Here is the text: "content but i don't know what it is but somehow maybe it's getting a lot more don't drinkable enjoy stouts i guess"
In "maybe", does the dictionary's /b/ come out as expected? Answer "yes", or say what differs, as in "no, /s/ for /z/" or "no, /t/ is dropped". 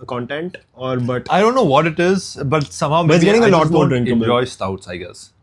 no, /b/ is dropped